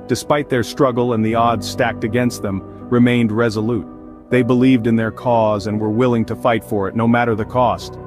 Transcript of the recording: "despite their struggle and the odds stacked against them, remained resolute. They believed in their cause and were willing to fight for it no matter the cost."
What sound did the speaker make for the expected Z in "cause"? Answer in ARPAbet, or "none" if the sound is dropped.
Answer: Z